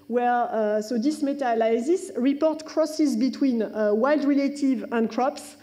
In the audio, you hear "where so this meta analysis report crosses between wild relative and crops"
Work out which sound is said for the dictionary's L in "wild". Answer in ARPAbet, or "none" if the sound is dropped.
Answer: L